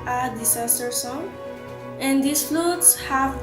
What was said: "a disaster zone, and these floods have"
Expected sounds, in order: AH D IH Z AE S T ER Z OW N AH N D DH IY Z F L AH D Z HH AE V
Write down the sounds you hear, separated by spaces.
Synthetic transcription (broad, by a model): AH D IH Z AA S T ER S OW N AH N D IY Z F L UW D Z HH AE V